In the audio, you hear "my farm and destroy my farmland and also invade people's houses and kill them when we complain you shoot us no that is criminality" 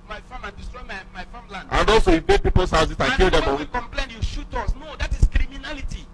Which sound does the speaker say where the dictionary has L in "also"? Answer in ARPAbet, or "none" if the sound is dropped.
none